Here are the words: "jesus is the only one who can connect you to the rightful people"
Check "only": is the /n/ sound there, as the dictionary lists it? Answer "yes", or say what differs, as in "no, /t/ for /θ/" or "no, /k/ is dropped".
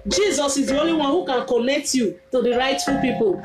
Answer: no, /n/ is dropped